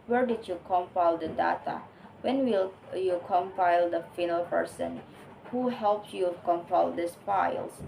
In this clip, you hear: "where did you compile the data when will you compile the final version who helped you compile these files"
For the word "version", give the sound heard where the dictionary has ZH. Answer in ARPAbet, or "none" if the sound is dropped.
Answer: S